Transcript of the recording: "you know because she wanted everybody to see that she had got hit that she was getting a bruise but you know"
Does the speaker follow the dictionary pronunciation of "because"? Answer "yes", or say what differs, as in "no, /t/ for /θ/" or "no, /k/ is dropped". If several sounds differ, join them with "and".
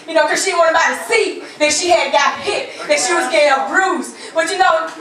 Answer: no, /k/ is dropped